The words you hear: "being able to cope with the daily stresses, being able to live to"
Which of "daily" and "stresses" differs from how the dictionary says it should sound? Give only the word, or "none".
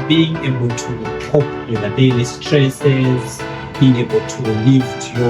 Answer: daily